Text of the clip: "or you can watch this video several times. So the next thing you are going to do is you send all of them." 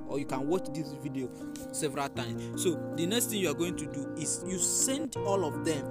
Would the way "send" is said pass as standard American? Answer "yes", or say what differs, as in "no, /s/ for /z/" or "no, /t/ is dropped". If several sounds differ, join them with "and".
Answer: yes